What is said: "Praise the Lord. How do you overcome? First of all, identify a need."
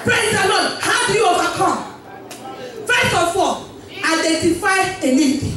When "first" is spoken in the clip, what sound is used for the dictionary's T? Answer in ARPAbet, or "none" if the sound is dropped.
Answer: none